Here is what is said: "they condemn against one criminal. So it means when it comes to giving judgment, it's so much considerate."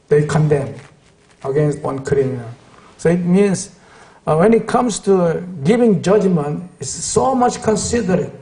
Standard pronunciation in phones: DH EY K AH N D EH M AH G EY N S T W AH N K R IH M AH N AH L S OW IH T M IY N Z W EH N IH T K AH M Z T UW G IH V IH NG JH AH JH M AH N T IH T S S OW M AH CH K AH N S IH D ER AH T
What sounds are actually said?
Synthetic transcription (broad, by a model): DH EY K AH N D EH M AH G EY N S T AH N K R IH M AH AH S OW IH T M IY N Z W EH N IH T K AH M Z T UW G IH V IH NG JH AH JH M AH N T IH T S S OW M AH CH K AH N S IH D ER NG